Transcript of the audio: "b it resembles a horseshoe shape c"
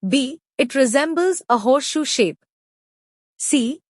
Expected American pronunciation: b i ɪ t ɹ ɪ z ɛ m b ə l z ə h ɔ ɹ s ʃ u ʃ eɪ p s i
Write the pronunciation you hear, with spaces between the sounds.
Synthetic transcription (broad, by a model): b i ɪ t ɹ ɪ z ɛ m b ə l z ə h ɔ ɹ ʃ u ʃ eɪ p s i